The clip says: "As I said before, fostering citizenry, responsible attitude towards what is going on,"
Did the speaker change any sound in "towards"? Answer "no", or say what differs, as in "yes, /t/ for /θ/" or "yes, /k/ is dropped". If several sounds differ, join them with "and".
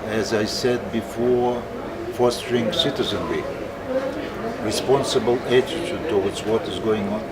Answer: yes, /w/ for /ɹ/